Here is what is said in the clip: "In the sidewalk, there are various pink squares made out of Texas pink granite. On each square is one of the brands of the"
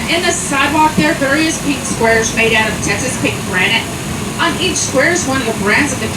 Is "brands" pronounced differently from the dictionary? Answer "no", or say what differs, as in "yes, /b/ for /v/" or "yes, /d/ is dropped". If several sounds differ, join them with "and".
no